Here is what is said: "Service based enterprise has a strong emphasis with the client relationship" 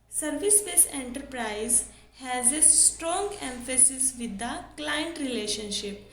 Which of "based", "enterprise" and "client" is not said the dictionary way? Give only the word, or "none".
based